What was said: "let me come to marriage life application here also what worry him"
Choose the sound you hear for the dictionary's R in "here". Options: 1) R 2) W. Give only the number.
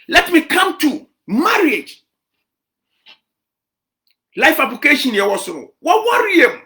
2